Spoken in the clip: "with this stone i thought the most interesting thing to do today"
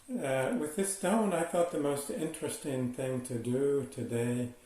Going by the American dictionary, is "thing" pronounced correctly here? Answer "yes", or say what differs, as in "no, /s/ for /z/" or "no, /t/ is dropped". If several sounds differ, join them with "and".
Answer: yes